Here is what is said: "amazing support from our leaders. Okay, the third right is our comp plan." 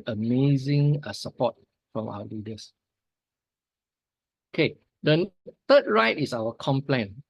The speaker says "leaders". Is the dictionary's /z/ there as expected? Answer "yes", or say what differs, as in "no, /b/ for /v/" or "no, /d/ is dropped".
no, /s/ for /z/